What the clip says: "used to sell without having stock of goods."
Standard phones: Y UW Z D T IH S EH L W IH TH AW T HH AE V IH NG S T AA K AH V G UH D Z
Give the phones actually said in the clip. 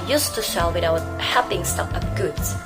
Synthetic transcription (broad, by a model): Y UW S T IH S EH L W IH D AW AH HH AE P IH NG S T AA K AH P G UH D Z